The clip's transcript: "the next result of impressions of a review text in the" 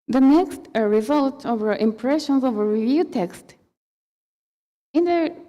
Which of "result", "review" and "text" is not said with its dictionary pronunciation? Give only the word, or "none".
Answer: none